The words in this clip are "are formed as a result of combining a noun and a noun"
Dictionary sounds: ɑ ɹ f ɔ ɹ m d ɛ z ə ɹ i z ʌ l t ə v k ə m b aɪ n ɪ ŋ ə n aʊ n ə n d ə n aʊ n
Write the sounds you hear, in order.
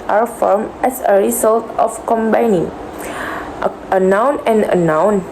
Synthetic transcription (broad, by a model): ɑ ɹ f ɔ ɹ m ɛ s ə ɹ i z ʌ l t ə f k ə m b aɪ n ɪ ŋ ə n aʊ n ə n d ə n aʊ n